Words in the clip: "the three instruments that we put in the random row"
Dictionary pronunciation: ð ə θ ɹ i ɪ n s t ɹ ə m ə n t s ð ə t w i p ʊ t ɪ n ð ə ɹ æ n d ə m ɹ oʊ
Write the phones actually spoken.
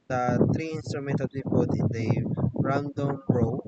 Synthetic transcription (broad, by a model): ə t ɹ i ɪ n s t ɹ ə m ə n t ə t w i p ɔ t ɪ n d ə ɹ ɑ n d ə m ɹ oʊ